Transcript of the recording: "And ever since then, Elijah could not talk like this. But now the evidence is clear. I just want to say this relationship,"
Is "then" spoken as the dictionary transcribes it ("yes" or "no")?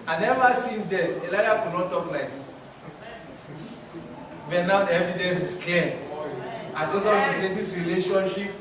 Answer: no